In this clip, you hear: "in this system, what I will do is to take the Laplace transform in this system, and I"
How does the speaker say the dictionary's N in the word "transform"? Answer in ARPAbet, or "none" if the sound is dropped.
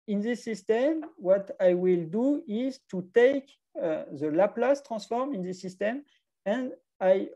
none